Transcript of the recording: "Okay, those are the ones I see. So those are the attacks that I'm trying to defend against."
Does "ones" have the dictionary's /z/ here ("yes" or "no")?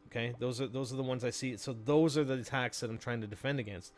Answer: yes